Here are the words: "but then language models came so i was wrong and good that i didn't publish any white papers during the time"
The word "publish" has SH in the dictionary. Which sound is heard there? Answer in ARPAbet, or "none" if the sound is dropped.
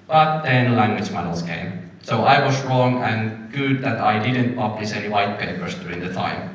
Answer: S